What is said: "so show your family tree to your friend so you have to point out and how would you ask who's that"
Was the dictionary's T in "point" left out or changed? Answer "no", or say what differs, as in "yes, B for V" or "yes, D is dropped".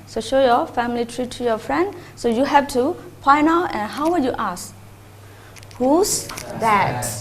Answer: yes, T is dropped